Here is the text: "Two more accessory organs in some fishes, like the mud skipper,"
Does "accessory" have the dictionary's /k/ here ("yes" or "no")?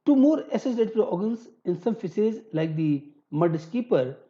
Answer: no